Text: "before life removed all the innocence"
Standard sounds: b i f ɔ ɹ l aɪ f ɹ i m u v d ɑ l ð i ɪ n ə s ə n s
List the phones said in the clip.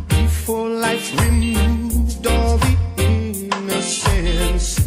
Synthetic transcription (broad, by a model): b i f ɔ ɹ l aɪ f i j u d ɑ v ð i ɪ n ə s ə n s